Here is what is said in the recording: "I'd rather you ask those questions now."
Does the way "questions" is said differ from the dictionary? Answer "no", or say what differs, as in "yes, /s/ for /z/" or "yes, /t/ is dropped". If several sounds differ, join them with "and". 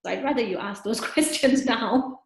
no